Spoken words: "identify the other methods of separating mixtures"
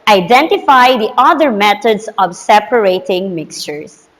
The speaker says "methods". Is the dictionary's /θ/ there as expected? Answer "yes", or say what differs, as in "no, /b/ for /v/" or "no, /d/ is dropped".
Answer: no, /t/ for /θ/